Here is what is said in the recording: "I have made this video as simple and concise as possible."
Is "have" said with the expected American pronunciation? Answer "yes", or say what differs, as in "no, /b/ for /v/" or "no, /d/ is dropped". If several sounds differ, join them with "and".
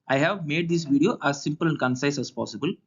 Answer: yes